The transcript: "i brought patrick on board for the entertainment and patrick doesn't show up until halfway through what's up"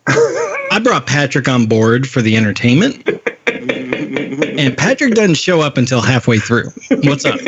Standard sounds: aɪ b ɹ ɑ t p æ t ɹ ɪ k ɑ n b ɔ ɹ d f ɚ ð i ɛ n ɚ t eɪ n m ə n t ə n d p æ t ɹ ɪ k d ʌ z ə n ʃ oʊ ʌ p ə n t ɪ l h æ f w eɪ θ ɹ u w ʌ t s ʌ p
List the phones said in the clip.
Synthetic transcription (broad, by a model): aɪ b ɹ ɑ t p æ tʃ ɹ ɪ k n b ɔ ɹ d f ɚ ð i ɛ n ɚ t eɪ n m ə n t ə n p æ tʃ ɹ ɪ k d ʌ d n ʃ oʊ ʌ p ə n t ɪ l h æ f w eɪ θ ɹ u w ʌ t s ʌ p